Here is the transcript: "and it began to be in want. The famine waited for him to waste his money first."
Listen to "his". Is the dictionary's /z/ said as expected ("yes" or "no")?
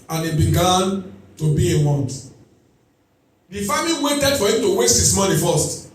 no